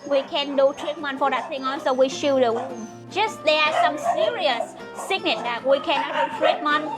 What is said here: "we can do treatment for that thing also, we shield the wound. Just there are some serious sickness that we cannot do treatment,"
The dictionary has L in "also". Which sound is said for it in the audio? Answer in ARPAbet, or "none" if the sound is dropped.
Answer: none